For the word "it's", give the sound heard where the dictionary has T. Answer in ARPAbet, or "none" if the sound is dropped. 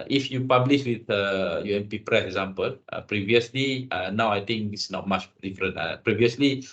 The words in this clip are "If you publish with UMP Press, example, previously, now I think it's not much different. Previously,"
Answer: S